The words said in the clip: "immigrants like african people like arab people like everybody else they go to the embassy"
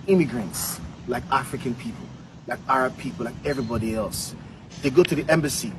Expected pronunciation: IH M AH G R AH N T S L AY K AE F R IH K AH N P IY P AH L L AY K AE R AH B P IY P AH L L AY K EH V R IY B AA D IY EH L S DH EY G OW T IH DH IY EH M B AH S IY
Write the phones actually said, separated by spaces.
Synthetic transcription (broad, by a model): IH M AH G R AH N T S L AY K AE F R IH K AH N P IY P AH L L AY K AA R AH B P IY P L L AY K EH V R IY B AA D IY EH L S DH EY G OW T IH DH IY EH M B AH S IY